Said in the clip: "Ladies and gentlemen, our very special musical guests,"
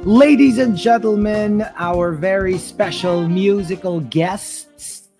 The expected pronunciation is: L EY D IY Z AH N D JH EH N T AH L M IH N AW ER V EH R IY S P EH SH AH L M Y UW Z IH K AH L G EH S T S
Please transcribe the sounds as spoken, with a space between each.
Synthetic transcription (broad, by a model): L EY D IY Z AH N JH EH N T L M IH N AW ER V EH R IY S P EH SH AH L M Y UW Z IH K AH L G EH S T S